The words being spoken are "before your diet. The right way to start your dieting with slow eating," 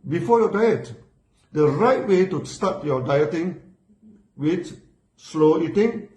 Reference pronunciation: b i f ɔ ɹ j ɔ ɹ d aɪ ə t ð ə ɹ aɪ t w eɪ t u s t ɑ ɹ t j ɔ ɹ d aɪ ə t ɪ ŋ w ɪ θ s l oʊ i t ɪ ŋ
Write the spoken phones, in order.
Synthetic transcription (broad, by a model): b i f ɔ j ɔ d aɪ ə t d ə ɹ aɪ t w eɪ t u s t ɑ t j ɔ d aɪ ə t ɪ ŋ w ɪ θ s l oʊ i t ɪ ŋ